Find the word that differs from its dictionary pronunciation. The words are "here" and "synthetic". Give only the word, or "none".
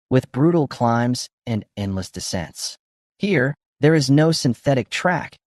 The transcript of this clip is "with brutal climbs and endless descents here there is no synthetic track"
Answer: none